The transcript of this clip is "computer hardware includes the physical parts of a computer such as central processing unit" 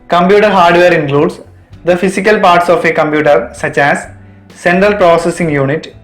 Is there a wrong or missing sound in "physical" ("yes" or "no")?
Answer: yes